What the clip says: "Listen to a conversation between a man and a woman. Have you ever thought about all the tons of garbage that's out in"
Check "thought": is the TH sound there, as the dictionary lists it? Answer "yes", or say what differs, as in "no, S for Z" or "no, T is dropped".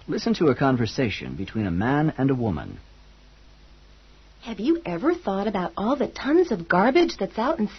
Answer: yes